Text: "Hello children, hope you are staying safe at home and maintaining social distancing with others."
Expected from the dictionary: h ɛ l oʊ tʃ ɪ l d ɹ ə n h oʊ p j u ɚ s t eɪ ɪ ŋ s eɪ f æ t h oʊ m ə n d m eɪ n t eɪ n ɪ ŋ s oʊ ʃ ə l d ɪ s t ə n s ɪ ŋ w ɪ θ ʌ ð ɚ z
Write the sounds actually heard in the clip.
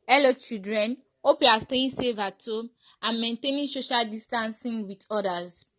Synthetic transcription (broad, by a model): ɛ l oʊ tʃ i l d ɹ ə n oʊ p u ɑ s t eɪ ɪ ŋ s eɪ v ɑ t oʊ ə n m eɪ n t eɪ n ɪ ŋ s oʊ ʃ ə l d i s t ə n s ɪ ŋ w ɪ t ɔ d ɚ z